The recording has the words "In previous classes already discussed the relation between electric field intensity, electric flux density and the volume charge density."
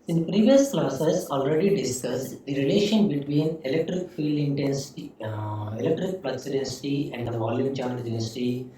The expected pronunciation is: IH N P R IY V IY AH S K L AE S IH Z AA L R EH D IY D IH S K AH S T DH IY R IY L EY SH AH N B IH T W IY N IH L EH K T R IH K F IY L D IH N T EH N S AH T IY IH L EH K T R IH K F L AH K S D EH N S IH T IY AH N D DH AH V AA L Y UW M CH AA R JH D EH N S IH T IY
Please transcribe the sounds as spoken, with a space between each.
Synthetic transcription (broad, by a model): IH N P R IY V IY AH S K L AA S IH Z AA L R EH D IY D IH S K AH S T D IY R IY L EY SH AH N B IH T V IY N IH L EH K T R IH K F IY L D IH N T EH N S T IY IH L EH K T R IH K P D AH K S D EH N S IH T IY AH N D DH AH V AA L Y UW M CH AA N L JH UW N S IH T IY